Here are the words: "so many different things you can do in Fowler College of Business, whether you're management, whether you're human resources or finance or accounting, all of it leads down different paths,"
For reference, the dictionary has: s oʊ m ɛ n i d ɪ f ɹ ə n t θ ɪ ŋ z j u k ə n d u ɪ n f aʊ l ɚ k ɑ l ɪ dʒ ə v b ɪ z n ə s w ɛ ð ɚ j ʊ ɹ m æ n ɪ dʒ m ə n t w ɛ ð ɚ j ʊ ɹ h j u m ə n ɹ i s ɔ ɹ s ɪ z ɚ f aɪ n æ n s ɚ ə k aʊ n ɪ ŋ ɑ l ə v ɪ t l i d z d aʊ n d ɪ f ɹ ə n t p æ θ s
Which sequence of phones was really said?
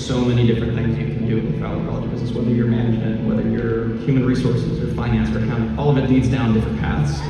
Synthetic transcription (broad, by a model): s oʊ m ɛ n i d ɪ f ɹ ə n θ ɪ ŋ z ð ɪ k n d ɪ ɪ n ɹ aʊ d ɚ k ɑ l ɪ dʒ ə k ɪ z ə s w ɛ ð ɚ j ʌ ɹ m æ n ɪ dʒ m ə n t w ɛ ð ɚ j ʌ ɹ h j u m ə n ɹ i s ɔ ɹ s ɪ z ɚ f aɪ n æ n s ɚ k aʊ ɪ ɑ l ə v ɪ t l i d z d aʊ n d ɪ f ɹ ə n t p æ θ s